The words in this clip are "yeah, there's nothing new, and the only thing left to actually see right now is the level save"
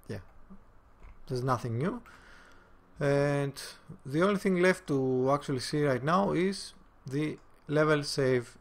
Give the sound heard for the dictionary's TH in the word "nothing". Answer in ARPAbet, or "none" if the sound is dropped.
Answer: TH